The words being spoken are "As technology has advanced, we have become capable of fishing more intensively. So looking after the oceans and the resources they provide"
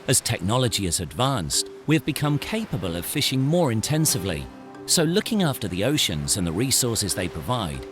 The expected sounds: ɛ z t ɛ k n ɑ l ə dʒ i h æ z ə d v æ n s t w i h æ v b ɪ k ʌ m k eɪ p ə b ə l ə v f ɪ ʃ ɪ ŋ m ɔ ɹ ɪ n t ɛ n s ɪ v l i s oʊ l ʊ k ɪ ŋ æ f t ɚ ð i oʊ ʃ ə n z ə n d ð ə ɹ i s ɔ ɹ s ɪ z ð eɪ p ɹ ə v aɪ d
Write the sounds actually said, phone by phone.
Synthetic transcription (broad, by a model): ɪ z t ɛ k n ɑ l ə dʒ i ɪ z ə d v æ n s t w i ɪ v b ɪ k ʌ m k eɪ p ə b ə l ə v f ɪ ʃ ɪ ŋ m ɔ ɹ ɪ n t ɛ n s ɪ v l i s oʊ l ʊ k ɪ ŋ æ f t ɚ ð i oʊ ʃ ə n z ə n ð ə ɹ i s ɔ ɹ s ɪ z ð eɪ p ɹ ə v aɪ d